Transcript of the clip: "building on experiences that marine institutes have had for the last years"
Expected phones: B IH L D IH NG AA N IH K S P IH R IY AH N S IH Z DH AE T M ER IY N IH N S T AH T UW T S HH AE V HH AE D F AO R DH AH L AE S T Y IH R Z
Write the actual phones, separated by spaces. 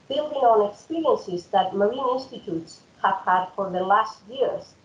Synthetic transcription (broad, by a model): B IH L D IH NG AA N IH K S P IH R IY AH N S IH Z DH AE T M ER IY N IH N S T AH T UW T S HH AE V HH AE D F AO R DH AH L AE S T Y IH R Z